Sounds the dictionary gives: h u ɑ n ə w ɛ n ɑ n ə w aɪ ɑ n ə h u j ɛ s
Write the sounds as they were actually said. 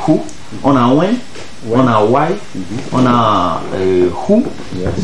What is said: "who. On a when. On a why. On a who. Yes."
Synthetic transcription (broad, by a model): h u ɑ n ə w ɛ ɑ n ə w aɪ ɑ n ə h u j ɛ